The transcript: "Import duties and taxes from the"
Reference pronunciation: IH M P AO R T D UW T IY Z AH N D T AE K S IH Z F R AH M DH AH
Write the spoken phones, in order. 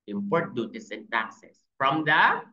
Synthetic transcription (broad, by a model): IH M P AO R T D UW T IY S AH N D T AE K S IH S F R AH M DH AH